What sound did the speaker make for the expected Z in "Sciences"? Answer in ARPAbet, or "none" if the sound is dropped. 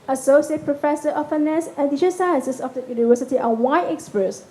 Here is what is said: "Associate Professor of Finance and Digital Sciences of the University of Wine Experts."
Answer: S